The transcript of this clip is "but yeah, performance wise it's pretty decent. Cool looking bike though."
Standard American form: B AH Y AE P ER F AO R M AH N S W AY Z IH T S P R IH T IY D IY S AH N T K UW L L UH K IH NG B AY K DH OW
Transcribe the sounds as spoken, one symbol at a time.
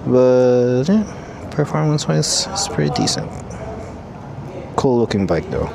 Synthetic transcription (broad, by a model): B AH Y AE P ER F AO R M AH N S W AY IH S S P R IH T IY D IY S AH N T K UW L L UH K IH NG B AY K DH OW